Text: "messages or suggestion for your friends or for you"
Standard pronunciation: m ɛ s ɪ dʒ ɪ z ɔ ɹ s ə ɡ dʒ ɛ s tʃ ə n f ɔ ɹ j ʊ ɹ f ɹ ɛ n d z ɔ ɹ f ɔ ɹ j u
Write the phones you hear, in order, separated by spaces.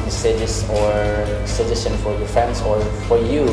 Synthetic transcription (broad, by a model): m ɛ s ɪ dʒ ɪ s ɔ ɹ s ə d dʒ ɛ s ə n f ɔ ɹ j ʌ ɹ f ɹ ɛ n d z ɔ ɹ f ɔ ɹ j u